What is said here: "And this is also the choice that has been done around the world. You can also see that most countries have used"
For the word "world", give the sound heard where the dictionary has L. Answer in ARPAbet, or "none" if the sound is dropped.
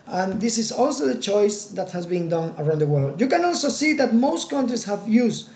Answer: L